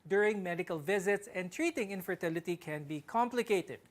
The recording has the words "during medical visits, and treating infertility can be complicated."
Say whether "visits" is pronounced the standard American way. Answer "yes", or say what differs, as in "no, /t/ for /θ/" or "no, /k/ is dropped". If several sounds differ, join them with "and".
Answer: yes